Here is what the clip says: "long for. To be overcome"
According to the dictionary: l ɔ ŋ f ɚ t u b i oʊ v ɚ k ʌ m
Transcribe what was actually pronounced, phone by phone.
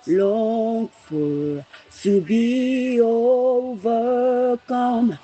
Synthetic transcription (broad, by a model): l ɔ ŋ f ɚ s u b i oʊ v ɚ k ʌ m